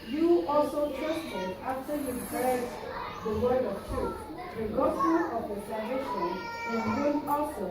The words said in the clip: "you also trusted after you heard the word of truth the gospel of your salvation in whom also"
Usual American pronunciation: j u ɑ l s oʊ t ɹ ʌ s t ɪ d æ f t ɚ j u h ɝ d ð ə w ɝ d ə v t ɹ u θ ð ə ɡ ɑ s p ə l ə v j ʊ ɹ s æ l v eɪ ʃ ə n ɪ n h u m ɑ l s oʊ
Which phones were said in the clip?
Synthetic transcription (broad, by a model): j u ɑ l s oʊ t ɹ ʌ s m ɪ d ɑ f t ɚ j u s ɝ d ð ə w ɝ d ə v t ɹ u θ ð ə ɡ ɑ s ə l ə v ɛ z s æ v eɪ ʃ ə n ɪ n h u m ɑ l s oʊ